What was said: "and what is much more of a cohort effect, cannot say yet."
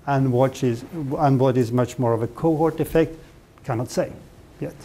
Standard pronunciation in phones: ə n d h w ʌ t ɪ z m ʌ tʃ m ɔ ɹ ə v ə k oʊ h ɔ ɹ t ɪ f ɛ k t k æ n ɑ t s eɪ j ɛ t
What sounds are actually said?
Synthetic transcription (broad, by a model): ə n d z w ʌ t ɪ z m ʌ tʃ m ɔ ɹ ə v ə k oʊ h ɔ ɹ t ɪ f ɛ k t k æ n ɑ t s eɪ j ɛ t